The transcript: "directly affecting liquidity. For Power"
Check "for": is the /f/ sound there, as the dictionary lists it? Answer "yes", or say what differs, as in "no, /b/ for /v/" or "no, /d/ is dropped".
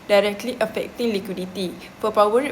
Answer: no, /p/ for /f/